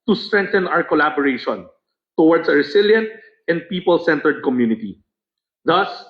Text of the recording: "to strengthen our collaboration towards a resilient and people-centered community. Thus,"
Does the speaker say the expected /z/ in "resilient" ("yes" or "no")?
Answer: no